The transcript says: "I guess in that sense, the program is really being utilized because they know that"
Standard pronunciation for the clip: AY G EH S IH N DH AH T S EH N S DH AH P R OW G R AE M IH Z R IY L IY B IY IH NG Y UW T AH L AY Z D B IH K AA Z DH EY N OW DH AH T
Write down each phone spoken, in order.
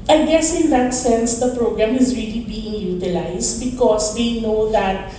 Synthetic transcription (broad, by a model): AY G EH S IH N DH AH T S EH N S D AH P R OW G R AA M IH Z R IY L IY B IY IH NG Y UW T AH L AY S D B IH K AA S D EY N OW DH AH T